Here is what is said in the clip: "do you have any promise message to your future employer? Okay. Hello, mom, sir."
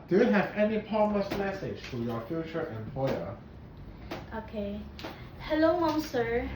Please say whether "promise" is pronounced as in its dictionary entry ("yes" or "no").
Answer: no